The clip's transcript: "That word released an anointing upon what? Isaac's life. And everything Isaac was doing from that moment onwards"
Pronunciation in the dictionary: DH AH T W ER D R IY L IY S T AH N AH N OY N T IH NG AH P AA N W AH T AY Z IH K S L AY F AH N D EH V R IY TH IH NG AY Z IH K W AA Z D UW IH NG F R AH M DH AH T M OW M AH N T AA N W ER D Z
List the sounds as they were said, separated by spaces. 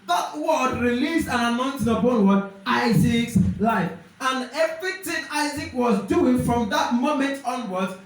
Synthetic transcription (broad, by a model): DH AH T W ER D R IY L IY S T AH N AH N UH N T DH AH B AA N W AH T AY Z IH K S L AY F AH N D EH V R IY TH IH NG AY Z IH K W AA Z D UW IH NG F R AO M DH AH T M OW M AH N T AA N W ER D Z